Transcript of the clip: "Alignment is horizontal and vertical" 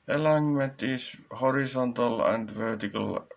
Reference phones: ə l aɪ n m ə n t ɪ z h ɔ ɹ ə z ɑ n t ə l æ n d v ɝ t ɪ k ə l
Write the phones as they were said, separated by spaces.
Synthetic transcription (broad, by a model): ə l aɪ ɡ m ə n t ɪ s h ɔ ɹ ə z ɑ n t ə l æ n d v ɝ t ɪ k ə l